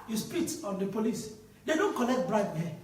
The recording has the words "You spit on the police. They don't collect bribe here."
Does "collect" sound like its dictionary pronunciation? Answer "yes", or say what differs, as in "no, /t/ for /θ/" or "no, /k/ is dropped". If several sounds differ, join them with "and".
no, /n/ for /l/